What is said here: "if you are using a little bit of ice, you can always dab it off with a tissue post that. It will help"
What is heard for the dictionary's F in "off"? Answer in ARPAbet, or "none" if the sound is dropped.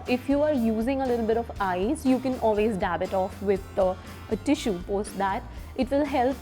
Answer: F